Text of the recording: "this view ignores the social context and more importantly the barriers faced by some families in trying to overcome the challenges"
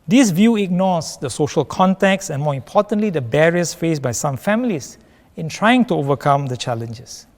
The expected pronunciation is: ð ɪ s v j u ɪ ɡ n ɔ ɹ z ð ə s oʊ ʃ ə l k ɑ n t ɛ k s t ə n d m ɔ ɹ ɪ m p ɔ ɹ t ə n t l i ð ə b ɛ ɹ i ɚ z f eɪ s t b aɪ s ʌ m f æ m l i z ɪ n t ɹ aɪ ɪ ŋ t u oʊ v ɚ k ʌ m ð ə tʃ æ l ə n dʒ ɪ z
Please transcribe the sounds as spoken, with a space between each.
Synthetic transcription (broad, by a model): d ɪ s v j u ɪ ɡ n ɔ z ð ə s oʊ ʃ ə l k ɑ n t ɛ k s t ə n m ɔ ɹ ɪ m p ɔ t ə n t l i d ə b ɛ ɹ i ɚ s f eɪ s b aɪ s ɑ m f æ m l i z ɪ n t ɹ aɪ ɪ ŋ t u oʊ v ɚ k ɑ m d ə tʃ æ l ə n dʒ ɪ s